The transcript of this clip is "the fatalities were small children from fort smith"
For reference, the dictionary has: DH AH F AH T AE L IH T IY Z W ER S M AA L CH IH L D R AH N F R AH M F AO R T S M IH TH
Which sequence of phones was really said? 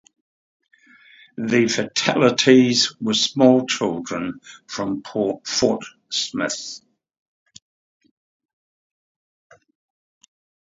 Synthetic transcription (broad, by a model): DH AH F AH T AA L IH T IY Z W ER S M AA L CH IH L D R AH N F R AH M P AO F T S M IH TH